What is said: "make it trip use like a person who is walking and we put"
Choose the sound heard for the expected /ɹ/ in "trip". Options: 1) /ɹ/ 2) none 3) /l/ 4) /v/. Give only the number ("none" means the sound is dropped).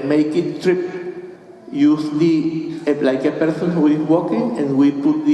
1